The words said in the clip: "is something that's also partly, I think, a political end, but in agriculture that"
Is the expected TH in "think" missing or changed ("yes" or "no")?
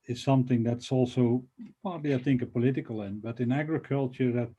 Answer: no